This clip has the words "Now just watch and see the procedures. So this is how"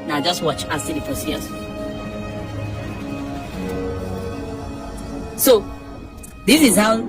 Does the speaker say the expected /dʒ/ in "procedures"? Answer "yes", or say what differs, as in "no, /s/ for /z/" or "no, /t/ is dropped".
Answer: no, /dʒ/ is dropped